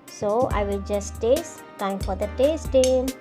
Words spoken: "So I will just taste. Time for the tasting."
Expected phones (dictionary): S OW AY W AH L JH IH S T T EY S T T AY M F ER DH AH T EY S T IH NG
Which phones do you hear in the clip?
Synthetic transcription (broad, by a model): S OW AY W AH L JH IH S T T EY S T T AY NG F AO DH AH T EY S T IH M